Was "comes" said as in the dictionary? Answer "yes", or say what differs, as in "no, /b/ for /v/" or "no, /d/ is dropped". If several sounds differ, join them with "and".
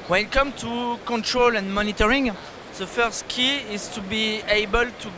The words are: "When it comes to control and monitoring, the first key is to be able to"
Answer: no, /z/ is dropped